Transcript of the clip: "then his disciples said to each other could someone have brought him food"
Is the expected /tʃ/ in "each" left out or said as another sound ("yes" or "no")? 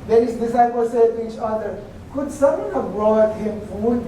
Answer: no